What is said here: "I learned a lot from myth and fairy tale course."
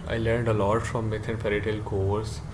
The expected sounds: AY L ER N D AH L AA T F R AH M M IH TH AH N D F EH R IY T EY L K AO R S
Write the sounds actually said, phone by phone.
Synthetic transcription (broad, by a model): AY L ER N D AH L AA T F R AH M M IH T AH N F EH R IY T EY L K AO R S